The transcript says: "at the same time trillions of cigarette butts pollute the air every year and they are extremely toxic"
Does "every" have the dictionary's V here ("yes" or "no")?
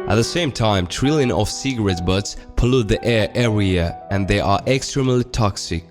no